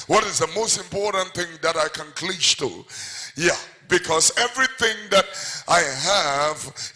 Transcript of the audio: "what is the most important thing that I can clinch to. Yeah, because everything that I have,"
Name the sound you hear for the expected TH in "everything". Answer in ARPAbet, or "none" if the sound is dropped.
TH